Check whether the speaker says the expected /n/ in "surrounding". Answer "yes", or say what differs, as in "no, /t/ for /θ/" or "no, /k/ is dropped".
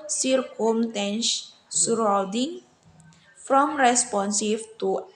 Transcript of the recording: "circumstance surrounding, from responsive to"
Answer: no, /n/ is dropped